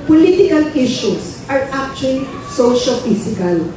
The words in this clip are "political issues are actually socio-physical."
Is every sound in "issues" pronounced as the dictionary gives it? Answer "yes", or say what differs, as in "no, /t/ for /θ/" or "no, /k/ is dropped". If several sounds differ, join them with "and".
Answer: no, /s/ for /z/